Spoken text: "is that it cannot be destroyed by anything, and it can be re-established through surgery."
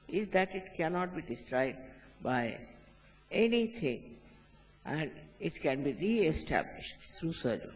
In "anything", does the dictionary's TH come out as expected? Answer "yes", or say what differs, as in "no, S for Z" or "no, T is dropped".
no, T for TH